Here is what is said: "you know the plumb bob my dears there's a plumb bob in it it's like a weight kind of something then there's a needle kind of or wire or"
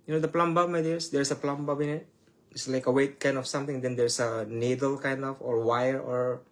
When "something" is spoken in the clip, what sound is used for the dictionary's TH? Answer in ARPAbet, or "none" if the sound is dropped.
T